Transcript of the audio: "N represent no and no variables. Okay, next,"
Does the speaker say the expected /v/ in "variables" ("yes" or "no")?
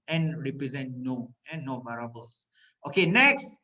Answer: no